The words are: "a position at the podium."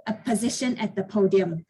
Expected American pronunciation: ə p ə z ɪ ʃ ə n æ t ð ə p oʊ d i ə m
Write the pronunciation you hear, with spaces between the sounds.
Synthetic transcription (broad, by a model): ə p ə z ɪ ʃ ə n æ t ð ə p oʊ d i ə m